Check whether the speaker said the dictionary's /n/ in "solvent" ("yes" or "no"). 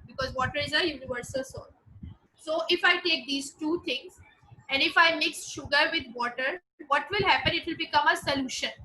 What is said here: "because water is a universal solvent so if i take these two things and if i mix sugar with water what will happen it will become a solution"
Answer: no